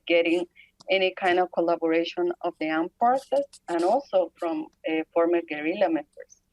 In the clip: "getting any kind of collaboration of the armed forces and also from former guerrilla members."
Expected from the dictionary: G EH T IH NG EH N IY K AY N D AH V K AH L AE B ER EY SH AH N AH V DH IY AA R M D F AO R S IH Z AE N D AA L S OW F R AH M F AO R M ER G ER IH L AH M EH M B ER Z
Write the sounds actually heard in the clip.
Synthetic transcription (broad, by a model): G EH T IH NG EH N IY K AY N D AH V K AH L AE B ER EY SH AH N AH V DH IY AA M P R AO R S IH S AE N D AA L S OW F R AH M F AO R M ER G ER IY L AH M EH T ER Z